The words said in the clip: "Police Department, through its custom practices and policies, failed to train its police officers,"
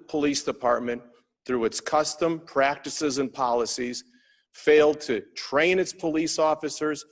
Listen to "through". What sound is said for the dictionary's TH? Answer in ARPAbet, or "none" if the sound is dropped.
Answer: TH